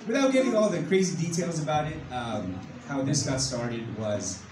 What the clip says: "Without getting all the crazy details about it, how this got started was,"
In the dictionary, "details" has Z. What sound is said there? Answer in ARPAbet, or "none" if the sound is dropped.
Z